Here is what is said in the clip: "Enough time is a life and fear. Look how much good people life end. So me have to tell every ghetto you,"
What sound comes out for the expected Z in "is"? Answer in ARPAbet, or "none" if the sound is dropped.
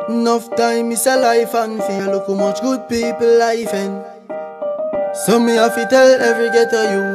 S